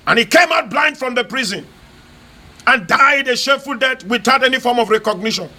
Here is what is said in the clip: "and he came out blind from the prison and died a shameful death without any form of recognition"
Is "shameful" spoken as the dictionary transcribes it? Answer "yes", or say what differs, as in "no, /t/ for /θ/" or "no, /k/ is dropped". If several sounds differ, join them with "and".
no, /m/ is dropped